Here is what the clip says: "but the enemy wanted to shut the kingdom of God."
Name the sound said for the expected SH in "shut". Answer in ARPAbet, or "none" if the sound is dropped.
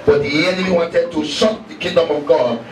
S